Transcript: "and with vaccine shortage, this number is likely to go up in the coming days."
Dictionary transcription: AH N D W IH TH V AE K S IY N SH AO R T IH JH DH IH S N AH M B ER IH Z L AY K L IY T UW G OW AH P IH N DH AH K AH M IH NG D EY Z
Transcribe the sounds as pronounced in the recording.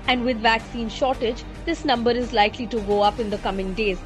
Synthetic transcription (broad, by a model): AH N D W IH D V AE K S IY N SH AO R T IH JH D IH S N AH M B ER IH Z L AY K L IY T UW G OW AH P IH N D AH K AH M IH NG D EY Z